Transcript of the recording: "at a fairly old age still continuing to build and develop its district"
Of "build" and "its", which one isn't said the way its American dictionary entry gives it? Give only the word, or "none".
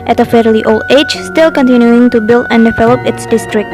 none